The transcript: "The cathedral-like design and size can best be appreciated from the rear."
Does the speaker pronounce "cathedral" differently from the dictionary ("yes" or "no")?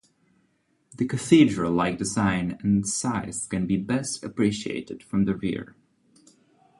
no